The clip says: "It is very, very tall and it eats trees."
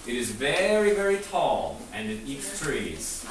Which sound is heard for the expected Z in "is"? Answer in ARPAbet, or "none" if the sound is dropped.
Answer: Z